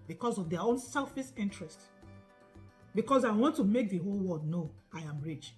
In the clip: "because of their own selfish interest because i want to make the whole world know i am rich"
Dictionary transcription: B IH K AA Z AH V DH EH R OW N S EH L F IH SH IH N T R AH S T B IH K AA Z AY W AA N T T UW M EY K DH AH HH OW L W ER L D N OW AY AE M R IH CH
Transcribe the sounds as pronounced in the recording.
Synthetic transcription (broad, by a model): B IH K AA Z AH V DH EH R OW N S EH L F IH S IH N T R AH S T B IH K AA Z AY W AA N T T UW M EY K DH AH HH OW L W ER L D N OW AY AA M R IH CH